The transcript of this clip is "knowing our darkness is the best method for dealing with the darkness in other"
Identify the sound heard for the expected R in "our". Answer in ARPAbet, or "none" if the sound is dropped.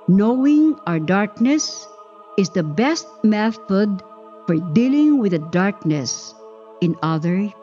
R